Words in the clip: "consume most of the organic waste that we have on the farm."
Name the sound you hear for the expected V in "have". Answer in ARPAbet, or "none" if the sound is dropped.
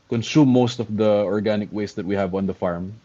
V